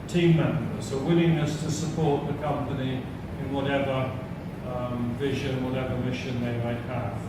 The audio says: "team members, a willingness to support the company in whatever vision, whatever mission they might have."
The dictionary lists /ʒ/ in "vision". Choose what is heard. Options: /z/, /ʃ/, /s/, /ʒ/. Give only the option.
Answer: /ʒ/